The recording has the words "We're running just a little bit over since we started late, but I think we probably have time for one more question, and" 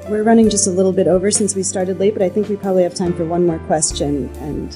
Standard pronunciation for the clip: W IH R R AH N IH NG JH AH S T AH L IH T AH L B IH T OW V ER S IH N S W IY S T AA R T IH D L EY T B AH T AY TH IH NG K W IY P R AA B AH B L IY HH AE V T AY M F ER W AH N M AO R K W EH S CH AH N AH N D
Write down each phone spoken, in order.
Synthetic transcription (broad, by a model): W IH R R AH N IH NG JH AH S T AH L IH T L B IH T OW V ER S IH N S W IY S T AA R T IH D L EY T B AH T AY TH IH NG K W IY P R AA B AH B L IY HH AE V T AY M F ER W AH N M AO R K W EH S CH AH N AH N